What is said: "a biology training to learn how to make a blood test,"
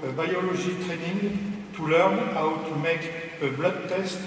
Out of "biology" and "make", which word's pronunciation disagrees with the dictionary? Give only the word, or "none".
biology